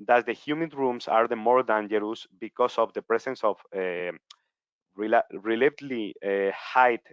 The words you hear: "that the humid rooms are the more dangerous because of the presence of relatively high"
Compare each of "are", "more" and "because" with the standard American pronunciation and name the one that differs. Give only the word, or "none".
because